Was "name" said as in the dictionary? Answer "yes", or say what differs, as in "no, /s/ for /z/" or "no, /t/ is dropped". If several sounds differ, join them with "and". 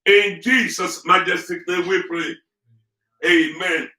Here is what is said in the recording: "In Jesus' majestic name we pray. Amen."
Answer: no, /l/ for /n/